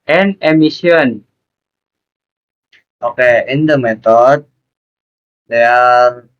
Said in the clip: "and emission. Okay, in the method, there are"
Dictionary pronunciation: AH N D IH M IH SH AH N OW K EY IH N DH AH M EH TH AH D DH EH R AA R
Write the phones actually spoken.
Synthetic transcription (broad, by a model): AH N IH M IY S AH N OW K EY IH N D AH M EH T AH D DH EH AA R